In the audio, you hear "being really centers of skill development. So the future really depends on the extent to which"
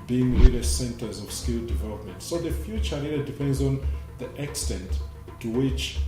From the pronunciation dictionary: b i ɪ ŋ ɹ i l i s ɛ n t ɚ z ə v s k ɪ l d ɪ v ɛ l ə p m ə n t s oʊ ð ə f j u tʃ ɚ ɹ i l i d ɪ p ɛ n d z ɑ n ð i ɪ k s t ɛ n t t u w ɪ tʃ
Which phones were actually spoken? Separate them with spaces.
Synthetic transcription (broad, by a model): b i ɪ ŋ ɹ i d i s ɛ n t ɚ z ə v s k ɪ l d ɪ v ɛ l ə p m ə n t s oʊ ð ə f j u tʃ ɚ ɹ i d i d ɪ p ɛ n d z ɑ n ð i ɪ k s t ɛ n t t u w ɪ tʃ